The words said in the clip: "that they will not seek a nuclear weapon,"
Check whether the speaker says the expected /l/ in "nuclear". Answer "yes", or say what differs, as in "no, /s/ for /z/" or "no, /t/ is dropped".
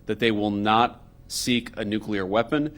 yes